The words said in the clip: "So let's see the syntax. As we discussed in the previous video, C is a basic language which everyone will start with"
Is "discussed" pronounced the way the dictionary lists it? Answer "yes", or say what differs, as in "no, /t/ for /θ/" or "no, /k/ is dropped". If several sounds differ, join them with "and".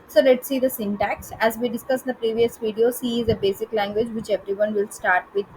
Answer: no, /t/ is dropped